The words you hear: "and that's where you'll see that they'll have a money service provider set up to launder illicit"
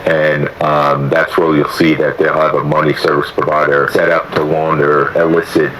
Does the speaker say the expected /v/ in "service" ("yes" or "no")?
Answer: yes